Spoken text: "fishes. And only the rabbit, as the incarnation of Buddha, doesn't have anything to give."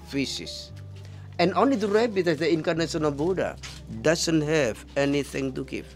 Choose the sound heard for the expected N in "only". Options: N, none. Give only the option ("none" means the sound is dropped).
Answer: N